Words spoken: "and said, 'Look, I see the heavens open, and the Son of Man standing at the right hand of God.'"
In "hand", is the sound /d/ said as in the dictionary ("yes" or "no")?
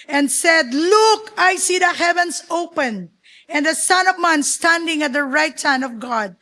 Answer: no